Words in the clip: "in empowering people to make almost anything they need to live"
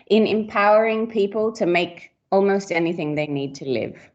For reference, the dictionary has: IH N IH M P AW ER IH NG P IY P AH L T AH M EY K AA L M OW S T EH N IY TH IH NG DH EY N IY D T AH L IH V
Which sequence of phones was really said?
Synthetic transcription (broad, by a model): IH N IH M P AW ER IH NG P IY P AH L T AH M EY K AA L M OW S T EH N IY TH IH NG DH EY N IY D T AH L IH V